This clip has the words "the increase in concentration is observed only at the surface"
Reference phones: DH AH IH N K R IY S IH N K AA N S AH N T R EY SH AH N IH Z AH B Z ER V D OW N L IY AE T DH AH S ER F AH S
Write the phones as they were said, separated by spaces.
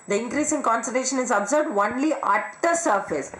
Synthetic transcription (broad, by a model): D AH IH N K R IY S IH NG K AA N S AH T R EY SH AH N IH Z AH B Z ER B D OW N L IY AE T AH S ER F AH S